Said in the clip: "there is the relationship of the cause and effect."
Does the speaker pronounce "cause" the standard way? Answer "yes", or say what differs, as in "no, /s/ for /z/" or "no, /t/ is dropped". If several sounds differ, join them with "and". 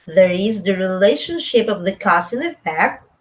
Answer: no, /s/ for /z/